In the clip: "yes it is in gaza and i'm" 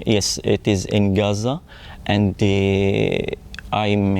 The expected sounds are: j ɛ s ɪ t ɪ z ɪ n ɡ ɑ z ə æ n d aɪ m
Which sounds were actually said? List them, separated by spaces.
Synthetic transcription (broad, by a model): j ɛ s ɪ t ɪ z ɪ n ɡ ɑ z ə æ n d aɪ m